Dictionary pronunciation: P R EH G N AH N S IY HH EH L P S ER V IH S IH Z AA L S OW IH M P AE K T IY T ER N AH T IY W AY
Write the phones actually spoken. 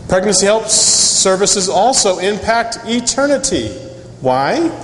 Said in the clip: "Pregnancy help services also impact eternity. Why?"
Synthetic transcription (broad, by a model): P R EH G N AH N S IY HH EH L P S ER V IH S IH Z AA L S OW IH M P AE K T IY T ER N AH T IY W AY